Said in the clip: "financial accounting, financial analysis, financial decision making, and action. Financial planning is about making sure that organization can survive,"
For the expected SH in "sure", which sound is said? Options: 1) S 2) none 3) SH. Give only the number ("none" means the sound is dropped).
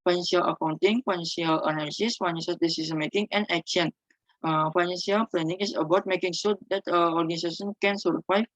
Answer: 1